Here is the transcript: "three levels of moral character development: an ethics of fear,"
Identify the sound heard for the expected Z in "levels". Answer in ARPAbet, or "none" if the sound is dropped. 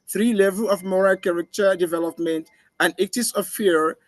none